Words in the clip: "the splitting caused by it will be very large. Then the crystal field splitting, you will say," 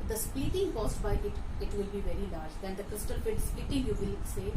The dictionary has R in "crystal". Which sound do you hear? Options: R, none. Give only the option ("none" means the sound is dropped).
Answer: R